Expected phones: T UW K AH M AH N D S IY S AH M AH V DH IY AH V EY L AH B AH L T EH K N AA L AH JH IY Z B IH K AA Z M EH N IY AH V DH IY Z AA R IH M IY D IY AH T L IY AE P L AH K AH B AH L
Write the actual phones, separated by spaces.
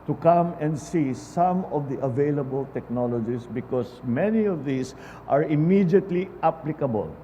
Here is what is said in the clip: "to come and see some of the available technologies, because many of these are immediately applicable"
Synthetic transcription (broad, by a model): T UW K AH M AH N D S IY S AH M AH V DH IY AH V EY L AH B AH L T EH K N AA L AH JH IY S B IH K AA S M EH N IY AH V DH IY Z AA R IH M IY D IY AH T L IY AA P L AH K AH B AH L